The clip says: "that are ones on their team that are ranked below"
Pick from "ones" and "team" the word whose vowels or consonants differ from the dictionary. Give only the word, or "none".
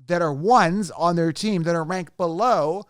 none